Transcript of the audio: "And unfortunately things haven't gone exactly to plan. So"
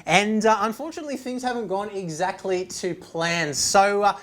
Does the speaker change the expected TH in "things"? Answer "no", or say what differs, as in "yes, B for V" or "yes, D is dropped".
no